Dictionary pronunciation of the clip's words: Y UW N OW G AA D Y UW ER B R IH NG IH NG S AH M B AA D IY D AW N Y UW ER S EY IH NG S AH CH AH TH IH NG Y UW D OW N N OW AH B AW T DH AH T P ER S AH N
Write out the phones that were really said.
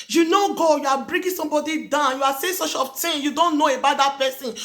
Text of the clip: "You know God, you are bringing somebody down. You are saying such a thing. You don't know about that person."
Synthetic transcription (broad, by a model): Y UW N OW G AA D Y UW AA B R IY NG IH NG S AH M B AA D IY D AW N Y UW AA S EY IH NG S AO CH AH F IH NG Y UW D OW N N OW AH B AW T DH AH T P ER S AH N